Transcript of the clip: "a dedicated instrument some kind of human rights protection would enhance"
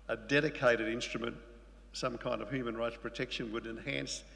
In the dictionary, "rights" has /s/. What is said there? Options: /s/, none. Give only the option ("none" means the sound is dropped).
/s/